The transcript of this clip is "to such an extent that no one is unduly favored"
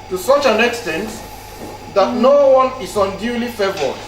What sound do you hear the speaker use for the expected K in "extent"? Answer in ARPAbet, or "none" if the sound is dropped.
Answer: K